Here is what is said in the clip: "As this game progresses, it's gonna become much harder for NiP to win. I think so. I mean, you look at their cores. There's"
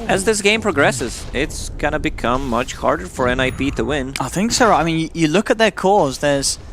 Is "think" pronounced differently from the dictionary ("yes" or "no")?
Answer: no